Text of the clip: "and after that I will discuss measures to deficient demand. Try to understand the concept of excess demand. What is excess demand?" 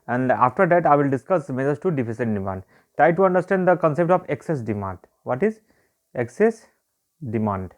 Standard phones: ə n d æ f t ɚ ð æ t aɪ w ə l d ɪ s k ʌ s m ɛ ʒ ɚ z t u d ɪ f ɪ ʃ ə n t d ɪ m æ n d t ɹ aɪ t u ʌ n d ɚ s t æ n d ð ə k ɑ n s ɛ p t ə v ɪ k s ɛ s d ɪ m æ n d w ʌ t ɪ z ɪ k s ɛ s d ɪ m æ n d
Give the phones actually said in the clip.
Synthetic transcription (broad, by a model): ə n d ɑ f t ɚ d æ t aɪ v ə l d ɪ s k ʌ s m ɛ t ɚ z t u d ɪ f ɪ s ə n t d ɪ m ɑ n d t ɹ aɪ t u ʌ n d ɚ s t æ n d ə k ɑ n s ɛ p t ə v ɪ k s ɛ s d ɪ m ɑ n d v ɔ t ɪ z ɪ k s ɛ s d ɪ m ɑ n d